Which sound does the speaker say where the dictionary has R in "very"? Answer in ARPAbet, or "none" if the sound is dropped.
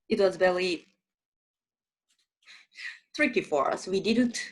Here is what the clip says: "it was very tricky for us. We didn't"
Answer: L